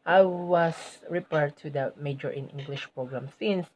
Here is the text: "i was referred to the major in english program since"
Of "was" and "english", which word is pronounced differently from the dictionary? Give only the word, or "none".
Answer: was